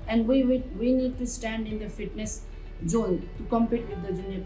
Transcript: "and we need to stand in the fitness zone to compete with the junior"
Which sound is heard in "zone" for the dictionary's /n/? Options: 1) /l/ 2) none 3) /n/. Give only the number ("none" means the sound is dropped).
1